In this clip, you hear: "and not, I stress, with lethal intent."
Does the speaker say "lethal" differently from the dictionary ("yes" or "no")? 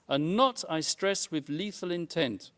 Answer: no